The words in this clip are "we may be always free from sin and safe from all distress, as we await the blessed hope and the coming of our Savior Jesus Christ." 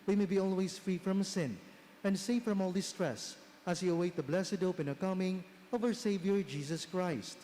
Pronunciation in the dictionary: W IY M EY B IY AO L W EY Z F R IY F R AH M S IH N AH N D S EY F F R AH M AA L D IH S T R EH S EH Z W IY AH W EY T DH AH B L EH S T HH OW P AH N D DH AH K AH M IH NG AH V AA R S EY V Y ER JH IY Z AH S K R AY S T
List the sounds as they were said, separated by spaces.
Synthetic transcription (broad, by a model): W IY M EY B IY AO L W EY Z F R IY F R AH M S IH N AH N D S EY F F R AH M AA L D IH S T R EH S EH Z W IY AH W EY T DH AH B L EH S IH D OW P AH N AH K AH M IH NG AH V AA W S EY V Y ER JH IY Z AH S K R AY S T